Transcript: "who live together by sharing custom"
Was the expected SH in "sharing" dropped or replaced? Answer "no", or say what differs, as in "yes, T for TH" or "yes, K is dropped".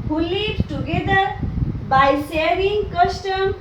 yes, S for SH